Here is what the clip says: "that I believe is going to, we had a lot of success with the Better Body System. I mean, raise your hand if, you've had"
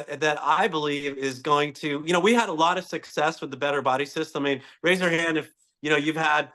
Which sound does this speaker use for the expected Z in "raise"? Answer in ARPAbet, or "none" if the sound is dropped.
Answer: Z